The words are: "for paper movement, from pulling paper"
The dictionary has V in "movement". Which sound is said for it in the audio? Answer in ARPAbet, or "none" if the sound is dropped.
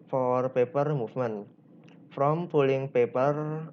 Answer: F